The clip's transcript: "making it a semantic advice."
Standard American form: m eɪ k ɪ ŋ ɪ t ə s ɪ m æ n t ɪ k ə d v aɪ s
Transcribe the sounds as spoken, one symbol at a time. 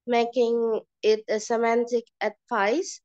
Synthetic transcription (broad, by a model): m eɪ k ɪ ŋ ɪ t ə s ɪ m æ n t ɪ k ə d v aɪ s